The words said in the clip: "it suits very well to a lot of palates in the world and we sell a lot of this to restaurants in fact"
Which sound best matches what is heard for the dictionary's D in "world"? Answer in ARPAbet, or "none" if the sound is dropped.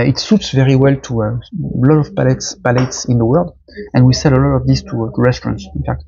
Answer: D